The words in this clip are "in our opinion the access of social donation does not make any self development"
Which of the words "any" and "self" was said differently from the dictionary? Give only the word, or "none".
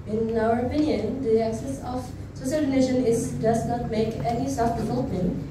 self